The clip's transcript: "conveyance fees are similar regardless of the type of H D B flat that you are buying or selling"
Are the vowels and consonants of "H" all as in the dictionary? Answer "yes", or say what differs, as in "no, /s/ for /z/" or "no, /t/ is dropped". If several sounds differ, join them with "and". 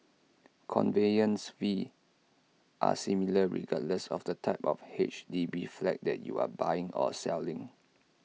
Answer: yes